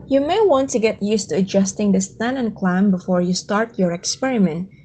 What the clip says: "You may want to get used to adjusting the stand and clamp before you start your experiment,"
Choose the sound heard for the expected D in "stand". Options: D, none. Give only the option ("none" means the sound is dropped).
none